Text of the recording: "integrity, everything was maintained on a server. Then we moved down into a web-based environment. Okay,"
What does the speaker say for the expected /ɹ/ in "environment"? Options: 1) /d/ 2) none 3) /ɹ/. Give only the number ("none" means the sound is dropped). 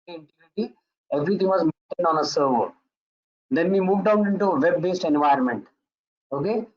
2